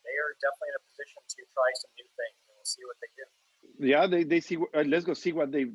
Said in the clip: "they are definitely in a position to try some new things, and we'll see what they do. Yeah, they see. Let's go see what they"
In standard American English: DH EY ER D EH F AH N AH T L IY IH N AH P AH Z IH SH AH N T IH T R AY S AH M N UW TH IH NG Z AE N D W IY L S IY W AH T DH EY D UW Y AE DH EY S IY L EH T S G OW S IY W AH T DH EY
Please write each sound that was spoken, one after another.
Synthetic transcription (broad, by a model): DH EY ER D EH F AH N AH T L IY IH N AH P AH Z IH SH AH N T IH T R AY S AH M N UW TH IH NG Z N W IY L S IY W AH T DH EY D UW Y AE DH EY S IY W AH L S G OW S IY W AH T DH EY